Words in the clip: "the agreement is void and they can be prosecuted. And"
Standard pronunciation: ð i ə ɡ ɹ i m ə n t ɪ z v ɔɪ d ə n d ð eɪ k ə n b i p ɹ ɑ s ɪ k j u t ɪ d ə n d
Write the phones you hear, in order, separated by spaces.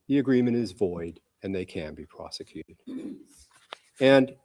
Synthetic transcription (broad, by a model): ð i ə ɡ ɹ i m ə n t ɪ z v ɔɪ d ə n ð eɪ k ə n b i p ɹ ɑ s ɪ k j u t ɪ d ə n